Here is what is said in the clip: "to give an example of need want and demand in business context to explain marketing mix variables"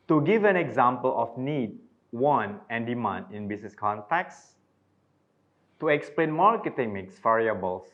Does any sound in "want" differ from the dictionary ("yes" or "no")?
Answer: yes